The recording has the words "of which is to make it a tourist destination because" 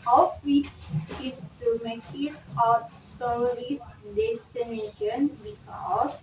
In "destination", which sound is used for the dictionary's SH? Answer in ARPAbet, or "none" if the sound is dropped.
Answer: SH